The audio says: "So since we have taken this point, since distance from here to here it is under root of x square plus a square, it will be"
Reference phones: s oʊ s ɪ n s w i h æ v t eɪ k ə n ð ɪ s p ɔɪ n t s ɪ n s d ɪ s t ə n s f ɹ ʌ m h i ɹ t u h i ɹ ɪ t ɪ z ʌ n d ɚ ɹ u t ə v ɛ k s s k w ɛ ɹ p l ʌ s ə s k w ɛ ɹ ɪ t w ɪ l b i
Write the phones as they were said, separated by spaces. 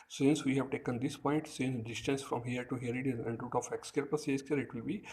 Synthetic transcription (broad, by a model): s s ɪ n s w i h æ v t eɪ k ə n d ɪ s p ɔɪ n t s ɪ n s d ɪ s t ə n s f ɹ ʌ m h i ɹ t u h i ɹ ɪ t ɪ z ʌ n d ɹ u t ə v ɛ k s s k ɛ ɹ p ʌ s ə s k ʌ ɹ ɪ t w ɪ l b i